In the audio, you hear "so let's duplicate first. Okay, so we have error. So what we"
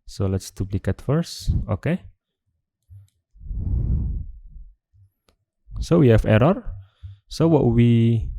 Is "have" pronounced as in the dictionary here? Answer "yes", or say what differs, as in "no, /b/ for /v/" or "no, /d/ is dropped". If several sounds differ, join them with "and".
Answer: no, /f/ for /v/